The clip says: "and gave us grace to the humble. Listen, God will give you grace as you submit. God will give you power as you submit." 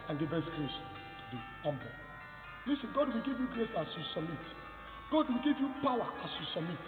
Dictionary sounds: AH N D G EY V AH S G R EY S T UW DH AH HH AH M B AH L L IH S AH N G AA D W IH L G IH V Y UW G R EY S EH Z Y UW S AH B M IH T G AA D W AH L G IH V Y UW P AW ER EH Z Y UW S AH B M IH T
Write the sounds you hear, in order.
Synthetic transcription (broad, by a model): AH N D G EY B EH S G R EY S T UW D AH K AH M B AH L L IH S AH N G AA D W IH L G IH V Y UW G R EY S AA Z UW S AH M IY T G AA D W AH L G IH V Y UW P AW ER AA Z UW S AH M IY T